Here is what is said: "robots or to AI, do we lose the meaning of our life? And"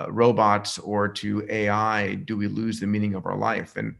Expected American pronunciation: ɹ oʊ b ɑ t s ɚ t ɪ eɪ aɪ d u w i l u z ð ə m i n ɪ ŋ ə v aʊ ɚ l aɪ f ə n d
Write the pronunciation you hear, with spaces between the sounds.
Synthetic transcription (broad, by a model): ɹ oʊ b ɑ t s ɚ t ɪ eɪ aɪ d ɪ w i l u z ð ə m i n ɪ ŋ ə v aʊ ɚ l aɪ f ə n